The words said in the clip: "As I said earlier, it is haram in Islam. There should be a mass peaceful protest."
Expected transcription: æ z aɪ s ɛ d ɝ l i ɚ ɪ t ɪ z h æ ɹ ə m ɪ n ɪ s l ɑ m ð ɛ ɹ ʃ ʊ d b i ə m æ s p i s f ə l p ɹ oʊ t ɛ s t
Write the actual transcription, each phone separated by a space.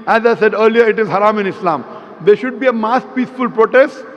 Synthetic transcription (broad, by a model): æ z aɪ s ɛ d ɝ l i ɚ ɪ t ɪ z h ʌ ɹ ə m ɪ n ɪ s l ɑ m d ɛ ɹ ʃ ʊ d b i ə m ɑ s p i s f ə l p ɹ oʊ t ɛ s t